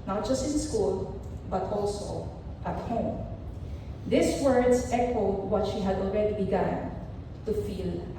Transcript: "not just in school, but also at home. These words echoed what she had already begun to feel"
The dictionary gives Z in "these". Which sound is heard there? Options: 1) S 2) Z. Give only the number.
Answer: 1